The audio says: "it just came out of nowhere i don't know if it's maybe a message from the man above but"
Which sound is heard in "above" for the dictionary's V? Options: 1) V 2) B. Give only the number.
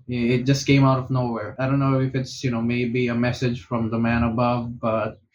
1